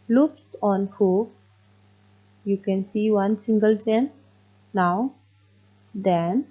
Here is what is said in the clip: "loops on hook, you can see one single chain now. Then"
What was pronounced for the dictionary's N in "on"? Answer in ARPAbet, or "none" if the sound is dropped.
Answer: N